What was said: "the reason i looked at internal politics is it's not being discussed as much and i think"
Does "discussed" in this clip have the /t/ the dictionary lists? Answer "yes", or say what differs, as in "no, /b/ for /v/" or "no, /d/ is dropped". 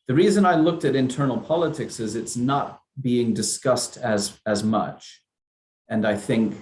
yes